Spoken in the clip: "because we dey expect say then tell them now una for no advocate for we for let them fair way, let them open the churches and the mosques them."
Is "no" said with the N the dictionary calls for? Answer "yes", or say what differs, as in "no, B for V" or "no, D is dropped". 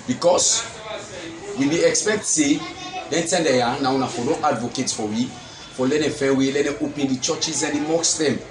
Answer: no, L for N